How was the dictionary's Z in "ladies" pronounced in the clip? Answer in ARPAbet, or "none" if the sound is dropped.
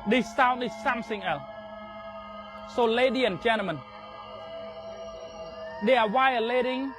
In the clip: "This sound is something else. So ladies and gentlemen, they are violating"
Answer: none